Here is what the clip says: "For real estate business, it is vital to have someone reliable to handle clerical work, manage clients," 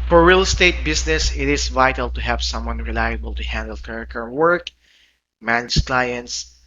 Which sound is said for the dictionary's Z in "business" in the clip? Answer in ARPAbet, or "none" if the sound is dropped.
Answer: S